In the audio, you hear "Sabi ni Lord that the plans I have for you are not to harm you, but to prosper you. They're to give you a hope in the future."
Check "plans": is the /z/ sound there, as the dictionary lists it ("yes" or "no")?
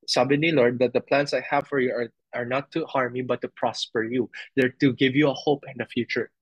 no